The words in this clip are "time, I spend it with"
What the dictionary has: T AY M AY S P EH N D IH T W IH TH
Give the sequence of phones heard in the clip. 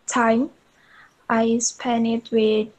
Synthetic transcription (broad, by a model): T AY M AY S P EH N IH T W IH